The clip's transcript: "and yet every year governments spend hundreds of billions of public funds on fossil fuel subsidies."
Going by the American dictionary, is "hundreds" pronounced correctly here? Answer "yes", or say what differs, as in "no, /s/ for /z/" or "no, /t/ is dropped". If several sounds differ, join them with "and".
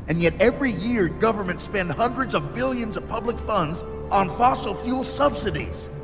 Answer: yes